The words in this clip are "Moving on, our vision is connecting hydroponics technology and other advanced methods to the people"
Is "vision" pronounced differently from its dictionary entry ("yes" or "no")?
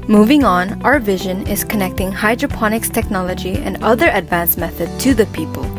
no